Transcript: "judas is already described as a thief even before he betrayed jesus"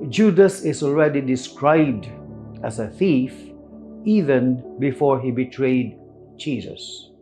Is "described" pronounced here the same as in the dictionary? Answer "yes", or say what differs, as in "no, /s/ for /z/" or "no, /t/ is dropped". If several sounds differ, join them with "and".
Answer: yes